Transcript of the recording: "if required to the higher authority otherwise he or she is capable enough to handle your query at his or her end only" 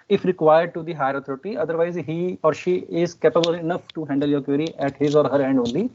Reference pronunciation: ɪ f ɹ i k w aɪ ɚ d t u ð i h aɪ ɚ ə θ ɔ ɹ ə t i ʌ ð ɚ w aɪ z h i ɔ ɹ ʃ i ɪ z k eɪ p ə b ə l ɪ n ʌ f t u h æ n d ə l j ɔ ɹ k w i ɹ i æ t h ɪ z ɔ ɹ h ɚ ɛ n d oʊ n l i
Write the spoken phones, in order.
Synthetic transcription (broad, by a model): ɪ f ɹ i k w aɪ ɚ d t u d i h aɪ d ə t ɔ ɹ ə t i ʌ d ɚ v aɪ z h i ɔ ɹ ʃ i ɪ z k eɪ p ə b ə l ɪ n ʌ f t u h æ n d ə l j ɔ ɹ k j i ɹ i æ t h ɪ z ɔ ɹ h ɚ ɛ n d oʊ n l i